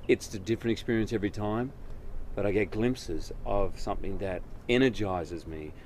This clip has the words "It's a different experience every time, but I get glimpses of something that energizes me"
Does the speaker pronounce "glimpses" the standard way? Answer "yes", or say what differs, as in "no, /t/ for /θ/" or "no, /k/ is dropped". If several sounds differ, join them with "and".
yes